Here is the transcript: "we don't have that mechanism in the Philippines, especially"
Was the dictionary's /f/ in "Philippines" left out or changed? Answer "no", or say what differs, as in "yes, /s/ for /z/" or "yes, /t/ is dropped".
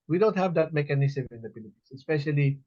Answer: yes, /p/ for /f/